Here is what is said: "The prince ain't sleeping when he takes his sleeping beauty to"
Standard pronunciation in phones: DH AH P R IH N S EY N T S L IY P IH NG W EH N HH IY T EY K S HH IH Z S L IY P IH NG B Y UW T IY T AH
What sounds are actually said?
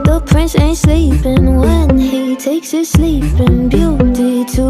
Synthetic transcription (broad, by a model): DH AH P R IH N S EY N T S L IY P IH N W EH N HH IY T EY K S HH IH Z S L IY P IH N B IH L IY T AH